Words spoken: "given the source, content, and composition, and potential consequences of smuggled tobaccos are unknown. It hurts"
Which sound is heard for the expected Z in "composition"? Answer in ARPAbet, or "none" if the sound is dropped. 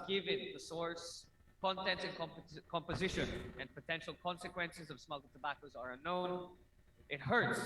Z